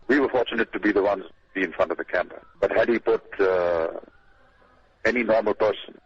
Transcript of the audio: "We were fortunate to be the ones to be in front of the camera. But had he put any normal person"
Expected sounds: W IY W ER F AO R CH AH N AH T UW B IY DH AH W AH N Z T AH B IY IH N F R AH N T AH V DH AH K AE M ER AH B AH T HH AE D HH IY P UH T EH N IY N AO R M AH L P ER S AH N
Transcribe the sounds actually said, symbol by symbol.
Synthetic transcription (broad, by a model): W IY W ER F AO R CH AH N AH T UW B IY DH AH W AH N Z B IY IH N F R AH N T AH V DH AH K AE M ER AH B AH T HH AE D HH IY P UH T EH N IY N AO R M AH L P ER S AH N